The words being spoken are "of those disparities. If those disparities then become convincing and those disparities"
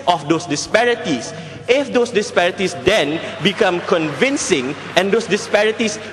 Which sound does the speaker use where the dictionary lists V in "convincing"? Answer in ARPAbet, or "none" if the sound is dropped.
V